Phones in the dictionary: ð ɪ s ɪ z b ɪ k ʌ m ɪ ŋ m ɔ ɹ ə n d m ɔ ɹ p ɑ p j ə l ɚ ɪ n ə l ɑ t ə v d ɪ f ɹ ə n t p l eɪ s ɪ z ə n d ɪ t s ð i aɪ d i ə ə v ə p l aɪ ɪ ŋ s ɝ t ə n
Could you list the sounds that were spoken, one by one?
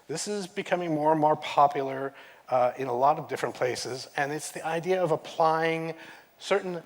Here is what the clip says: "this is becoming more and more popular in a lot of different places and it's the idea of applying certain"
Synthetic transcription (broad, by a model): ð ɪ s ɪ z b ɪ k ʌ m ɪ ŋ m ɔ ɹ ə n m ɔ ɹ p ɑ p j l ɚ ɪ n ə l ɑ t ə v d ɪ f ɹ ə n p l eɪ s ɪ z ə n ɪ t s ð i aɪ d i ə ə v ə p l aɪ ɪ ŋ s ɝ t n